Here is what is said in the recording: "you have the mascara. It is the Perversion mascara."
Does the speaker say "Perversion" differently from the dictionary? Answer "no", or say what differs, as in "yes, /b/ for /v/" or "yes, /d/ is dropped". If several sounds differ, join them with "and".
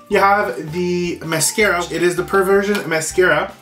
no